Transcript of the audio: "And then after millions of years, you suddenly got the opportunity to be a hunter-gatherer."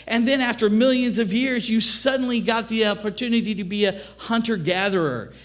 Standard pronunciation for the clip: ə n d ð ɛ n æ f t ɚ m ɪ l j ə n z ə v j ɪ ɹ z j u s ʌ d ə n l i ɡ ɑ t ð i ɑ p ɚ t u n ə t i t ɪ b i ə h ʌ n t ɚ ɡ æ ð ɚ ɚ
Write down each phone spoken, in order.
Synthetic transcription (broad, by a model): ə n ð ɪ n æ f t ɚ m ɪ l j ə n z ə v j ɪ ɹ z j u s ʌ d n l i ɡ ɑ t ð i ɑ p ɚ t u n ə t i t ɪ b i ə h ʌ n t ɚ ɡ æ ð ɚ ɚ